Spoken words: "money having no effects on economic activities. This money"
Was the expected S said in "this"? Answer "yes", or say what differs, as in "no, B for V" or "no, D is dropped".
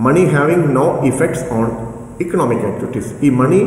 no, S is dropped